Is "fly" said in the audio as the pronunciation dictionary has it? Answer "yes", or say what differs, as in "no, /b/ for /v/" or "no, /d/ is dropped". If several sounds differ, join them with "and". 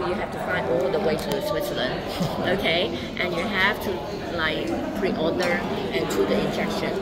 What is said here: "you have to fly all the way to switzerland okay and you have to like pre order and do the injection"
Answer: no, /l/ is dropped